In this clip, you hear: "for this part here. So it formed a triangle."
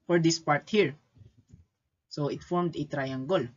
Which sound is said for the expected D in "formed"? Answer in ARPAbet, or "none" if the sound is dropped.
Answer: D